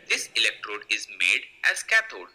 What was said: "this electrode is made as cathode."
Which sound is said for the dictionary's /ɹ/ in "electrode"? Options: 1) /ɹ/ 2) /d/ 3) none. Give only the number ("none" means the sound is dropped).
1